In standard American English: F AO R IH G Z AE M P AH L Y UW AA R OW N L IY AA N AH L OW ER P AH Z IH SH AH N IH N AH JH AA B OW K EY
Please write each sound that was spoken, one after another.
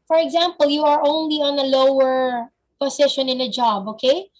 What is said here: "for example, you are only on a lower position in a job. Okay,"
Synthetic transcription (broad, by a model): F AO R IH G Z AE M P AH L Y UW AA R OW N L IY AA N AH L OW ER P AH S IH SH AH N IH N AH JH AA B OW K EY